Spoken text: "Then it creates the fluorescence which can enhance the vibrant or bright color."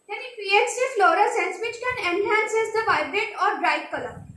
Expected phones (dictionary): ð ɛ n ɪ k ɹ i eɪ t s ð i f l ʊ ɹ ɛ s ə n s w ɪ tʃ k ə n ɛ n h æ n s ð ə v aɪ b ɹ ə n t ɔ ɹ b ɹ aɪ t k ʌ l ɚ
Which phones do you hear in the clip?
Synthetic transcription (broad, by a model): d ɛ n ɪ k ɹ i eɪ t s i f l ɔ ɹ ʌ s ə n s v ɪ tʃ k ə n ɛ n h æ n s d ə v aɪ b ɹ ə t ɔ ɹ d ɹ aɪ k k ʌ l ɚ